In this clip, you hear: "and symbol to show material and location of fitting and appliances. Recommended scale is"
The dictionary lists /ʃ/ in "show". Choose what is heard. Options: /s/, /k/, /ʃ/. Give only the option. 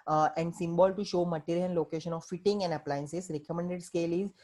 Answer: /ʃ/